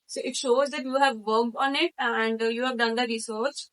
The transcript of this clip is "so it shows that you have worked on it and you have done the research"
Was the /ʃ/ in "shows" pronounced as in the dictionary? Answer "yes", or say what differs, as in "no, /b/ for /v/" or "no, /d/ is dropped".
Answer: yes